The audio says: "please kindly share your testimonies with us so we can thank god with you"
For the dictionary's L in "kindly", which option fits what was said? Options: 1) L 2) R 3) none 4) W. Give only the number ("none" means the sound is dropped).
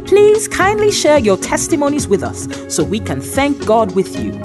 1